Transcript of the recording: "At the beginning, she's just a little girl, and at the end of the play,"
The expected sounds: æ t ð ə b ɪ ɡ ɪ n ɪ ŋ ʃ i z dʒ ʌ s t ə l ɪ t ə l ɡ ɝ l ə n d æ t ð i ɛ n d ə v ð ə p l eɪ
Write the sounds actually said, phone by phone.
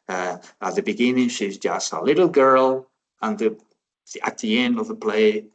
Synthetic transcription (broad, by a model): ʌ t ð ə b ɪ ɡ ɪ n ɪ ŋ ʃ i z dʒ ʌ s t ə l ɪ t l ɡ ɝ l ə n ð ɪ t ð i ɛ n d ə v ð ə p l eɪ